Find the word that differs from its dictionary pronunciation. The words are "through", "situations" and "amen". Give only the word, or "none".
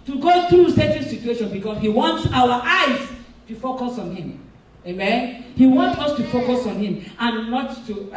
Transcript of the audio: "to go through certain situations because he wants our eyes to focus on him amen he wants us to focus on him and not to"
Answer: situations